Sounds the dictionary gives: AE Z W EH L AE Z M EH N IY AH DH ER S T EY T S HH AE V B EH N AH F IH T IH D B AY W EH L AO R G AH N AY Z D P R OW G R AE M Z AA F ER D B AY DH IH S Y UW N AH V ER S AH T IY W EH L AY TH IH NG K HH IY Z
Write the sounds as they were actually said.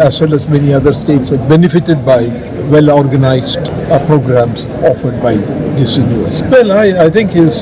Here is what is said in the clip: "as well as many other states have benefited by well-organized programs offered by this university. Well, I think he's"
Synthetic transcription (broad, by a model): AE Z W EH L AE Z M EH N IY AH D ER S T EY T S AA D B EH N AH F IH T IH D B AY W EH L AO R G AH N AY Z D P R OW G R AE M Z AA F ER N B AY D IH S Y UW AH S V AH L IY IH AY T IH NG K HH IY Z